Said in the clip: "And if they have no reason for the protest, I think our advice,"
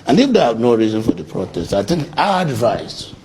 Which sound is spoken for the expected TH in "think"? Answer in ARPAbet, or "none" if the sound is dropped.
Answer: T